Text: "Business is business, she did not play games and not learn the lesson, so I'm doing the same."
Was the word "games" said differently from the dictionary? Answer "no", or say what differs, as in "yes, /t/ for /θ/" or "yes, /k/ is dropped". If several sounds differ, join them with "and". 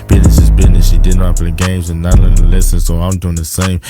no